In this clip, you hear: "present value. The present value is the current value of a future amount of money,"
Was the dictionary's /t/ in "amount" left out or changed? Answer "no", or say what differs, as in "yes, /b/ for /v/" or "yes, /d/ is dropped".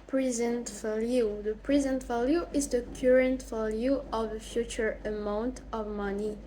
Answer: no